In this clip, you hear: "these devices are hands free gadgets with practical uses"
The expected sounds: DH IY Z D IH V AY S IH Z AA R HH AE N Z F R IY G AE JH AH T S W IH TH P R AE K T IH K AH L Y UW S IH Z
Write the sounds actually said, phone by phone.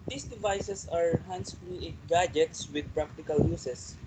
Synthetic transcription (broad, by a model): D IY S D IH V AY S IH S AA R HH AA N S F L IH G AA JH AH T S W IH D P R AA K T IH K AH L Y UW S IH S